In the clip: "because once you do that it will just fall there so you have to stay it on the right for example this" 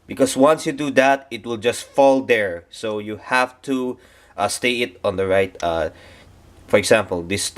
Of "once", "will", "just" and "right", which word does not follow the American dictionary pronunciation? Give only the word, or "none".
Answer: none